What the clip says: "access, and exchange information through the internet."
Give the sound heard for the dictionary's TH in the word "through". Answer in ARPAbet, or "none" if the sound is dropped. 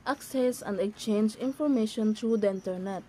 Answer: T